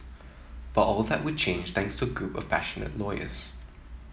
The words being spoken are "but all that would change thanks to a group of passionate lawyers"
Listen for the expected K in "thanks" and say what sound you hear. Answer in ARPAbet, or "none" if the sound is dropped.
K